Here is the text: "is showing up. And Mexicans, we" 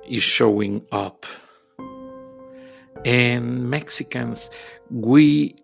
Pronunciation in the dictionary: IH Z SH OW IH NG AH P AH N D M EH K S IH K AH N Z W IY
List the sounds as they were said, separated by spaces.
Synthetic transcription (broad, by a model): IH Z SH OW IH NG AH P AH N M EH K S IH K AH N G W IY